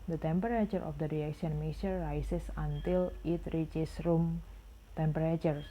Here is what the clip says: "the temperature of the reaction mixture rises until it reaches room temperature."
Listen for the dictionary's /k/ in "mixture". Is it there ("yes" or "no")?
no